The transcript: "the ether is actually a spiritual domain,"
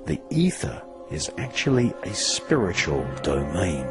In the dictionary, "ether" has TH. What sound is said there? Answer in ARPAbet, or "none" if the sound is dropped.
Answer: TH